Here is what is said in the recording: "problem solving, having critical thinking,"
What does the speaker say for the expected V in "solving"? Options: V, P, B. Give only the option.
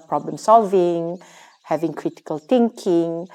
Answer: V